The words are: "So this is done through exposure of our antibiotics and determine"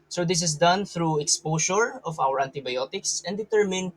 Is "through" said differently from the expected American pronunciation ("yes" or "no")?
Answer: no